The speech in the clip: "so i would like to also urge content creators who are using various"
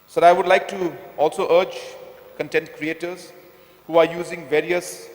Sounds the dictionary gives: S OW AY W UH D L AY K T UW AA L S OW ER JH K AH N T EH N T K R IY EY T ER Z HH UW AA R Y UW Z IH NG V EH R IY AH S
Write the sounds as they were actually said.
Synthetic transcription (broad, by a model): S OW AY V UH D L AY K T UW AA L S OW ER JH K AH N T EH N T K R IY EY T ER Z HH UW AA R Y UW Z IH NG V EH R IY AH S